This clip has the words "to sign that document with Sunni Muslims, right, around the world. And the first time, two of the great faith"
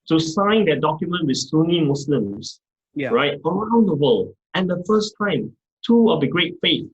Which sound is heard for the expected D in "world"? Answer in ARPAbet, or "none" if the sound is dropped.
none